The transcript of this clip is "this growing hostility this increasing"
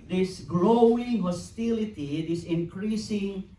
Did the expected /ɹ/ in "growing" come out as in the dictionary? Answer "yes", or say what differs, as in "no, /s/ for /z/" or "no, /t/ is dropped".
no, /l/ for /ɹ/